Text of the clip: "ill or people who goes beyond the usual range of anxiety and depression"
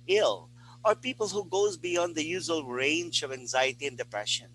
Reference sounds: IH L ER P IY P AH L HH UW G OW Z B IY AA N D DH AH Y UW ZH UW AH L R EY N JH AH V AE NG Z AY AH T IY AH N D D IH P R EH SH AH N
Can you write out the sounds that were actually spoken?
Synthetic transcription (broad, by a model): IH L ER P IY P AH L HH UW G OW Z B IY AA N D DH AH Y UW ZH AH L R EY N JH AH V AE NG Z AY AH T IY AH N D D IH P R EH SH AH N